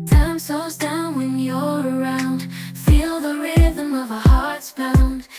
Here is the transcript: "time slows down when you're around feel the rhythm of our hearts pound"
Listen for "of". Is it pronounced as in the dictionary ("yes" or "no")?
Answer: yes